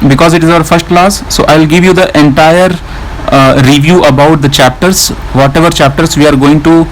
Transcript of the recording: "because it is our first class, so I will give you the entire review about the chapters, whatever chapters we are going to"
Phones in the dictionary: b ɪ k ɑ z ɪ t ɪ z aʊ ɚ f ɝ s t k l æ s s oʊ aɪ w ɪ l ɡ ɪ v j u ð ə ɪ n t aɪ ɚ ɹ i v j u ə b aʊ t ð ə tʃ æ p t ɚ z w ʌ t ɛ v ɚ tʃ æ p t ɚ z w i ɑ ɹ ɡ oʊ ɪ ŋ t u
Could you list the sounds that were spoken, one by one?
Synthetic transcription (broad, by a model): b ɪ k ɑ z ɪ t ɪ z aʊ ɚ f ɝ s t k l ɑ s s oʊ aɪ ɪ l ɡ ɪ v j u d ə ɪ n t aɪ ɚ ɹ i v j u ə b aʊ t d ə tʃ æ p t ɚ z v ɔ t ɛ v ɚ tʃ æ p t ɚ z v i ɑ ɹ ɡ oʊ ɪ ŋ t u